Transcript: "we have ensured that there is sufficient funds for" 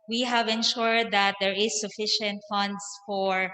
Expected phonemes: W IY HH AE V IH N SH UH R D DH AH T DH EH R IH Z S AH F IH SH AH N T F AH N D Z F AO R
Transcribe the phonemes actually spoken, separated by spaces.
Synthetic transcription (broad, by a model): W IY HH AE V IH N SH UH R D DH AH T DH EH R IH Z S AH F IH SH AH N T F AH N D S F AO R